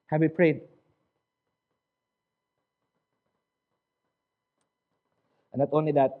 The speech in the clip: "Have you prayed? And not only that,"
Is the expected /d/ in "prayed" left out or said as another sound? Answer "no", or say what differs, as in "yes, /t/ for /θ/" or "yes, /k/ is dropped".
yes, /d/ is dropped